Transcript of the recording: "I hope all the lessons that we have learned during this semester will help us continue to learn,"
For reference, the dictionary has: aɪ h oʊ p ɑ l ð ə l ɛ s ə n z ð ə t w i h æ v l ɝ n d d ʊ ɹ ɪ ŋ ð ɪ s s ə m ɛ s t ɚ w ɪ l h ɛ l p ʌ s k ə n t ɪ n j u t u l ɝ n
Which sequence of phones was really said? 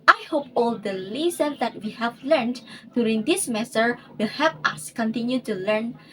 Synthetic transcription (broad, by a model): aɪ h oʊ p ɑ l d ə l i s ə n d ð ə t w i h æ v l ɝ n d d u ɹ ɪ ŋ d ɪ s s m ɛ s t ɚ w ɪ l h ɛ p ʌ s k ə n t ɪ n j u t u l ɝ n